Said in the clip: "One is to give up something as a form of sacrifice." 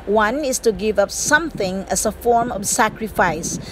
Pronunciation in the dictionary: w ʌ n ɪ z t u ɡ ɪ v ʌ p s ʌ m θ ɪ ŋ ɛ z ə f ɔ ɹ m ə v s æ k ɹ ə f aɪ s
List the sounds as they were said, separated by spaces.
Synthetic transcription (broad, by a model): w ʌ n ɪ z t u ɡ ɪ v ʌ p s ʌ m θ ɪ ŋ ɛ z ə f ɔ ɹ m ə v s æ k ɹ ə f aɪ s